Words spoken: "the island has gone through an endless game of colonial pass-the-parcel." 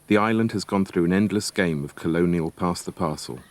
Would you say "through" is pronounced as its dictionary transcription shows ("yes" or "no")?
yes